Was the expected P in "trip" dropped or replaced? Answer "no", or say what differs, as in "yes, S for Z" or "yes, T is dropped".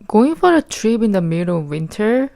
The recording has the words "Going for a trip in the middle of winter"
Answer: yes, B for P